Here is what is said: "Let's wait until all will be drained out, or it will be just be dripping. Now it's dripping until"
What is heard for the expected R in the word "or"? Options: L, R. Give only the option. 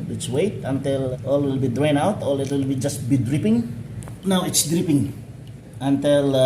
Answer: L